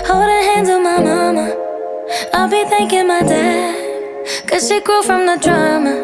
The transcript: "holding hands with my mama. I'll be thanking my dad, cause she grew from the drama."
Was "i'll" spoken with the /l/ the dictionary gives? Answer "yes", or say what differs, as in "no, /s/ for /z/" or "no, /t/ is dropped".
yes